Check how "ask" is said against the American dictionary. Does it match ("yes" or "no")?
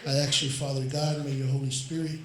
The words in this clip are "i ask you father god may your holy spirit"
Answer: no